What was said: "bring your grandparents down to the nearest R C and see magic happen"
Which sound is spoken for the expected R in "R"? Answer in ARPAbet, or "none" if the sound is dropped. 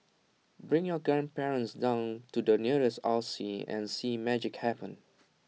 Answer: L